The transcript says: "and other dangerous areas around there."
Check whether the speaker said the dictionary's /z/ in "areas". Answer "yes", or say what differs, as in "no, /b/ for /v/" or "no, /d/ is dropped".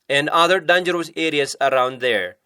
no, /s/ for /z/